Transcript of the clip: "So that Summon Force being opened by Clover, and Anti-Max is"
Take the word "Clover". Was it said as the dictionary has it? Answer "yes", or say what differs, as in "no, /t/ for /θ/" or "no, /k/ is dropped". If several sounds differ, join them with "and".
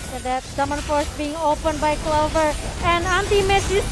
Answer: yes